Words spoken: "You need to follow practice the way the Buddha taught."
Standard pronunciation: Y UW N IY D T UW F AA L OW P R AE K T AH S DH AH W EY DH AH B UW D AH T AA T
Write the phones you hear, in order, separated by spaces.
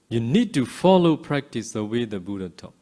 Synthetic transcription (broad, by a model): Y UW N IY D T UW F AA L OW P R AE K T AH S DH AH W EY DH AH B UW D AH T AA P